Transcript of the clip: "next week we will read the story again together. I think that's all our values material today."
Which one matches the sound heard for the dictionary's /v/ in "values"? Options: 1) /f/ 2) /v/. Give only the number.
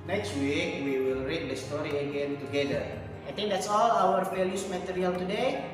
1